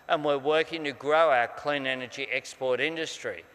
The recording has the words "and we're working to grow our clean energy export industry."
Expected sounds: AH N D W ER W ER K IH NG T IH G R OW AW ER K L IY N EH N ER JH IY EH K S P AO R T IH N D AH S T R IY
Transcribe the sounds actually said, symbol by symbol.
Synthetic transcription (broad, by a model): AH N W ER W ER K IH NG T IH G R OW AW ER K L IY N EH N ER JH IY EH K S P AO R T IH N D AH S T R IY